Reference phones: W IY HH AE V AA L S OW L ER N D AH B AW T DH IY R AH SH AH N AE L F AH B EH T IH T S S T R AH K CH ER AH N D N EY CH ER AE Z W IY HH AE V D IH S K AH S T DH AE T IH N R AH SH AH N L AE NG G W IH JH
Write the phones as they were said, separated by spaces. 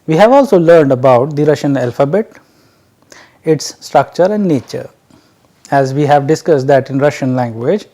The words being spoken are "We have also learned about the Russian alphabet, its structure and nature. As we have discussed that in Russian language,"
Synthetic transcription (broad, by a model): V IY HH AE V AA L S OW L ER N D AH B AW T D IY R AH SH AH N AE L F AH B EH T IH T S S T R AH K CH ER AH N D N EY CH ER AE Z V IY HH AE V D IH S K AH S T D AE T IH N R AH SH AH N L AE NG G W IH JH